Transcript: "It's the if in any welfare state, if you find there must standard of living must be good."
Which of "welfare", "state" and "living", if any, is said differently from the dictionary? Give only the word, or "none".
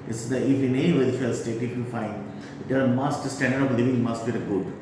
welfare